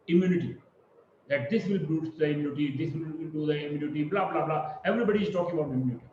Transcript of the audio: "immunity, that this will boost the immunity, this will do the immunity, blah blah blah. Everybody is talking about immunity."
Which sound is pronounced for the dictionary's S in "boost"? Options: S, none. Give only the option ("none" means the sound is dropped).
none